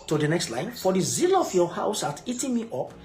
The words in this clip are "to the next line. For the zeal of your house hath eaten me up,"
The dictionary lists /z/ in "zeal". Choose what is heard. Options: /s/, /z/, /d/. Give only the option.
/z/